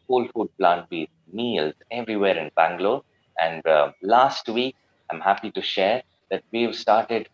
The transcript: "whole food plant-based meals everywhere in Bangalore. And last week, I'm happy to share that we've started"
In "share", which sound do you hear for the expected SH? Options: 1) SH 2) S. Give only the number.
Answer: 1